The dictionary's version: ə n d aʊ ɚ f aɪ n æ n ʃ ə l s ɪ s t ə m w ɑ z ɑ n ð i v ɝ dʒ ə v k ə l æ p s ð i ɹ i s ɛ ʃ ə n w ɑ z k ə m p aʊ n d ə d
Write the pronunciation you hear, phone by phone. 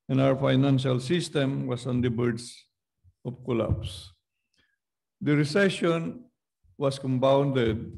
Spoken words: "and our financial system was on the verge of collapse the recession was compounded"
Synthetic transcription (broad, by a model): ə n aʊ ɚ f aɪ n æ n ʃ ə l s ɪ s t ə m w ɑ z ɑ n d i b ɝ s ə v k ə l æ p s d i ɹ i s ɛ ʃ ə n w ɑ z k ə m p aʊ n d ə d